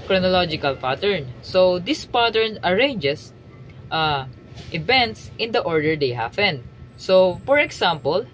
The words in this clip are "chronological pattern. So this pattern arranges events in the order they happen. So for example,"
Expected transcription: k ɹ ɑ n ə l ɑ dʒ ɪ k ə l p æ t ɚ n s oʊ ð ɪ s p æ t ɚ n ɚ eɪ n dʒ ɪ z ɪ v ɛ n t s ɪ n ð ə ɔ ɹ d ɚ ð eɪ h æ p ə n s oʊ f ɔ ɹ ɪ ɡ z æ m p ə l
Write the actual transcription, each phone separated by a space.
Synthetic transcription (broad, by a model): k ɹ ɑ n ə l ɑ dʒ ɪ k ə l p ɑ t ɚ n s oʊ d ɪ s p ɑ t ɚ n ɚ eɪ n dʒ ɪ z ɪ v ɛ n t s ɪ n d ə ɔ ɹ d ɚ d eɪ h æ f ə n s oʊ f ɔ ɹ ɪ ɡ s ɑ m p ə l